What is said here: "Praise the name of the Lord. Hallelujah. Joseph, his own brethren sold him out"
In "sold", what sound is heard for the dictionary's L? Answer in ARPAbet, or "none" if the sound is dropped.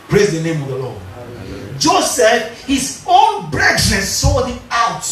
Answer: none